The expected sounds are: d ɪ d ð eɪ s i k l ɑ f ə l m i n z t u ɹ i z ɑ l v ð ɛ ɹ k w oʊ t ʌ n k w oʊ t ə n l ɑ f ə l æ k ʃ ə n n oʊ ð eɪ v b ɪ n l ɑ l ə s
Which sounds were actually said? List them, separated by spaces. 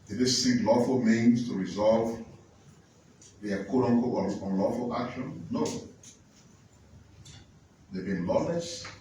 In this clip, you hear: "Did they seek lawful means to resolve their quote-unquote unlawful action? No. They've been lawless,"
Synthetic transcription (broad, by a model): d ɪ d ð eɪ s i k l ɑ f ə l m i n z t u ɹ i z ɑ l v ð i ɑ k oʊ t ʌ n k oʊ ə n l ɑ f ə l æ k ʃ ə n n oʊ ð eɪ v b ɪ n l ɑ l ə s